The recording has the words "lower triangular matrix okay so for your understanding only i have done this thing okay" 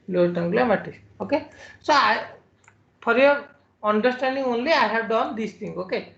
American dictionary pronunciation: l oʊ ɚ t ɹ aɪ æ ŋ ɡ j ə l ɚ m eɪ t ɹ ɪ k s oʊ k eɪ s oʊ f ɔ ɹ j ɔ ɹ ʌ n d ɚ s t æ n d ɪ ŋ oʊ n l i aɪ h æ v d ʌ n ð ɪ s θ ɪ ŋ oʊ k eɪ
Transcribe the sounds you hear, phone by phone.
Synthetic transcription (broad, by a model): l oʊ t aɪ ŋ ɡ l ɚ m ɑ t ɪ s oʊ k eɪ s oʊ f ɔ ɹ j ɔ ɹ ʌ n d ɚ s t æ n d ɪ ŋ oʊ n l i aɪ h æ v d ʌ n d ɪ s t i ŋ oʊ k eɪ